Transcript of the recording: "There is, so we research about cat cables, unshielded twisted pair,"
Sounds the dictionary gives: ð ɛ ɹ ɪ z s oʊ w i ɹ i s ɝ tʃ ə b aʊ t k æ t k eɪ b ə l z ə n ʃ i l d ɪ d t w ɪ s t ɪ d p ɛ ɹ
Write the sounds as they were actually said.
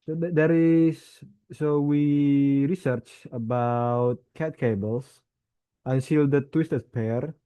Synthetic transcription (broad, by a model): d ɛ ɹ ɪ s s oʊ w i ɹ i s ɝ tʃ ə b aʊ t k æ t k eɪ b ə l s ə n s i l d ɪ t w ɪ s t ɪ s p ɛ ɹ